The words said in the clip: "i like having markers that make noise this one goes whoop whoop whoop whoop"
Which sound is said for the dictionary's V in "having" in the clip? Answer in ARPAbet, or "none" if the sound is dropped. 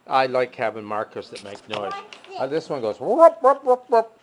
B